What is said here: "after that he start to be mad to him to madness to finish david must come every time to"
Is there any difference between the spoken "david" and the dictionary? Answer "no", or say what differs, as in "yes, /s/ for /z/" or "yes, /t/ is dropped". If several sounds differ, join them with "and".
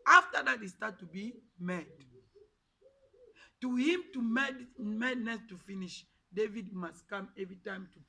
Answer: no